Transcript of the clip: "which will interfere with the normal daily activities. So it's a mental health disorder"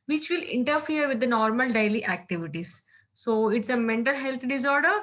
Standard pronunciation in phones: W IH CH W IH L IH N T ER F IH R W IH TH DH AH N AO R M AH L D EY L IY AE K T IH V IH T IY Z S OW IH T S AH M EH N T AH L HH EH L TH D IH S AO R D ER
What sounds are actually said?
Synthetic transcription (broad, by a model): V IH CH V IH L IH N T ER F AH R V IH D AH N AO R M AH L D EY L IY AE K T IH V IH T IY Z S OW IH T S AH M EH N T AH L HH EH L T D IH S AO R D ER